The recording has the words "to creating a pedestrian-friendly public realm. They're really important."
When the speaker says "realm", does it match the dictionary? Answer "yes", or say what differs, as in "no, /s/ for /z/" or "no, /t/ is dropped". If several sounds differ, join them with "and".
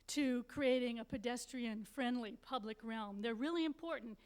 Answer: yes